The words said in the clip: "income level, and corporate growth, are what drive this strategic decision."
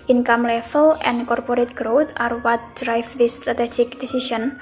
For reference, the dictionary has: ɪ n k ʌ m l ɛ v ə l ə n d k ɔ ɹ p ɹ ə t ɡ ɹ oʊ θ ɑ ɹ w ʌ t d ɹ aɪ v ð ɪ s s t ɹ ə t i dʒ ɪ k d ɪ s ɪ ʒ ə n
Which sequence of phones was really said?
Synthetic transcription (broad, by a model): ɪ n k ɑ m l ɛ f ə l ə n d k ɔ ɹ p ɹ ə t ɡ ɹ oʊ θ ɑ ɹ w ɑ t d ɹ aɪ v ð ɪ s s t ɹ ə t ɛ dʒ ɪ k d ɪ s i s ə n